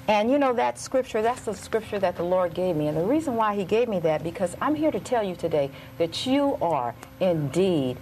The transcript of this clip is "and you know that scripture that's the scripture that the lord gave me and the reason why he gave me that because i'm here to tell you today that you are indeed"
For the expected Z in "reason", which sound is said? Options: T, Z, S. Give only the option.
Z